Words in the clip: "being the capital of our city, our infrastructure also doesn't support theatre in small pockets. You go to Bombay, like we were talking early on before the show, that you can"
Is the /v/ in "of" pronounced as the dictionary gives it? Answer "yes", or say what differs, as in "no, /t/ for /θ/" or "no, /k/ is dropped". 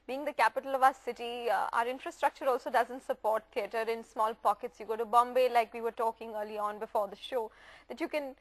yes